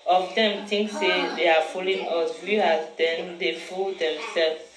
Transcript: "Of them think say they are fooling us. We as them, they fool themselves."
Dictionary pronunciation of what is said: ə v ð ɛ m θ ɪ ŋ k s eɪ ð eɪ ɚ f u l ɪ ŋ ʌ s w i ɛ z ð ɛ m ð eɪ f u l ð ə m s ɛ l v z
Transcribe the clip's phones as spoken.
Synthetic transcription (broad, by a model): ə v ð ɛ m t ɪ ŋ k s eɪ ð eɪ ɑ f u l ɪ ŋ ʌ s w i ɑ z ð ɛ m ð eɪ f u l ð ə m s ɛ l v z